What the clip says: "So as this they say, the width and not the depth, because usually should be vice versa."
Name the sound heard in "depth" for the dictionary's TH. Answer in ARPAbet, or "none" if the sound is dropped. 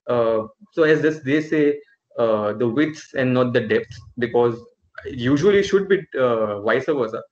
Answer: S